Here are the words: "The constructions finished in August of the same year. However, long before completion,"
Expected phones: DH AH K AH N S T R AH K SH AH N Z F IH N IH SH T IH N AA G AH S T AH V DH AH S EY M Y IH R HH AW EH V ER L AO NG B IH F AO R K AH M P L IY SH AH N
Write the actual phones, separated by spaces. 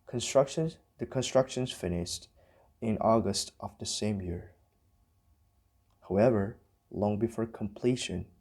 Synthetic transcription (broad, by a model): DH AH K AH N S T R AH K SH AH N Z F IH N IH SH T IH N AA G AH S T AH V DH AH S EY M Y IH R HH AW EH V ER L AO NG B IH F AO R K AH M P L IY SH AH N